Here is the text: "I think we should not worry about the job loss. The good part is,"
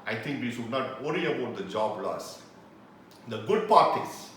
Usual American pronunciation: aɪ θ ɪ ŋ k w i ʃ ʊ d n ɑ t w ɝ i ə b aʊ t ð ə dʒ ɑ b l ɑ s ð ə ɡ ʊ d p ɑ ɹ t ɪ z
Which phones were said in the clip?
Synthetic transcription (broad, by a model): aɪ t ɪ ŋ k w i ʃ ʊ d n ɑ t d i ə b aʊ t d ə dʒ ɑ b l ɑ s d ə ɡ ʊ d p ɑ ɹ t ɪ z